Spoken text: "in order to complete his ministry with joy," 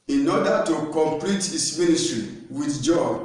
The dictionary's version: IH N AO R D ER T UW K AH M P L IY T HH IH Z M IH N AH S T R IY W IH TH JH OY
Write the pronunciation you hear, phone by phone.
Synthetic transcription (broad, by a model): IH N AO D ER T UW K AH M P L IY T HH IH S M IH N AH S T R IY W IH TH JH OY